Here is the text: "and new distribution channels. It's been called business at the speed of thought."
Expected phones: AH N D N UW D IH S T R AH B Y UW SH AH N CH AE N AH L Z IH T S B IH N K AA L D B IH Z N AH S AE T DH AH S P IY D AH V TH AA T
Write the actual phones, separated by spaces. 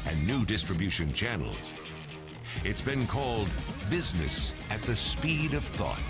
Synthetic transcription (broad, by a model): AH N N UW D IH S T R AH B Y UW SH AH N CH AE N L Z IH T S B IH N K AA L D B IH Z N AH S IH T DH AH S P IY D AH V TH AA T